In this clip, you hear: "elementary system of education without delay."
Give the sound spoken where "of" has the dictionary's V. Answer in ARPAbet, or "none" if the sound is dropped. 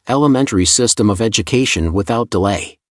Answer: V